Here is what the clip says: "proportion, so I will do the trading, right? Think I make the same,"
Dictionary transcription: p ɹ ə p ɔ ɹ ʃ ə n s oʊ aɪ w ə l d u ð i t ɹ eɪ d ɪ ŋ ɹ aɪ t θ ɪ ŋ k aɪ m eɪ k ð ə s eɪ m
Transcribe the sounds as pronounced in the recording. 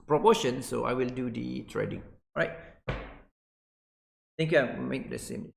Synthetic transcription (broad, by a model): p ɹ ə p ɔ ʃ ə n s oʊ aɪ w ə l d u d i t ɹ eɪ d ɪ ŋ ɹ aɪ t t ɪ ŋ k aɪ m eɪ k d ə s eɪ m